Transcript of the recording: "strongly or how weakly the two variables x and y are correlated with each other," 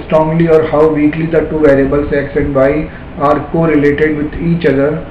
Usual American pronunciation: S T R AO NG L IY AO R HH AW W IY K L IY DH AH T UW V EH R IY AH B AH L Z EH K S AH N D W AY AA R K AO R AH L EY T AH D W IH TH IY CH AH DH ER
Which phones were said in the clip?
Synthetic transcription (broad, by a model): S T R AO NG L IY AO R HH AW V IY K L IY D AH T UW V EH R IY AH B AH L S EH K S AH N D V AY AA R K AO R AH L EY T AH D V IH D IY CH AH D ER